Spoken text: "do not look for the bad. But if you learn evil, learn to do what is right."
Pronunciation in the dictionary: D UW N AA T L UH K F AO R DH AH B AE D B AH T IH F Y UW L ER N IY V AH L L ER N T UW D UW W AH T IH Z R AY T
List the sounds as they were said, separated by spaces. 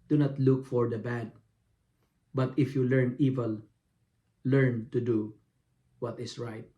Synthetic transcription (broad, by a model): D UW N AA T L UH K F AO R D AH B AE D B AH T IH F Y UW L ER N IY V AH L L ER N T UW D UW W AH T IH S R AY T